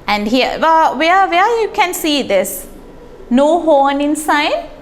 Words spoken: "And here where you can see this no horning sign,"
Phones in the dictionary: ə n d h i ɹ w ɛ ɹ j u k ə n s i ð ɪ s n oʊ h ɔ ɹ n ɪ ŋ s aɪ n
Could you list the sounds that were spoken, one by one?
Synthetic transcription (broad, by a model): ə n d h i w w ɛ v j u k ə n s i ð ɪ s n oʊ h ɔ n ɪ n s aɪ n